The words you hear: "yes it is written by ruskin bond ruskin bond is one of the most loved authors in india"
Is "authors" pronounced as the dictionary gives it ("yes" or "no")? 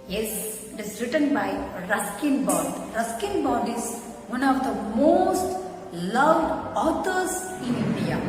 no